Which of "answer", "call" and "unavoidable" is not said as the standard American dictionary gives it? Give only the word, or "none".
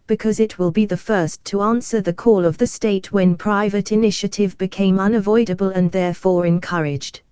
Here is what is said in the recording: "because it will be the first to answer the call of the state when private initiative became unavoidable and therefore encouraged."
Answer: none